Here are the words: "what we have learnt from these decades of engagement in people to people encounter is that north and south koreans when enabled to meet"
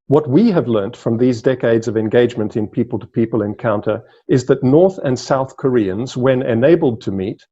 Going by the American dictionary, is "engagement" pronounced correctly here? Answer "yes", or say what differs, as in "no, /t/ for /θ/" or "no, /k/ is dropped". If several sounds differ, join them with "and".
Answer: yes